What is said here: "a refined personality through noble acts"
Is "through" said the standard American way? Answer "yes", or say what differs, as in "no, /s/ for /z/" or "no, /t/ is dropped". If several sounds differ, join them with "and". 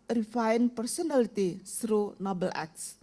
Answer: no, /s/ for /θ/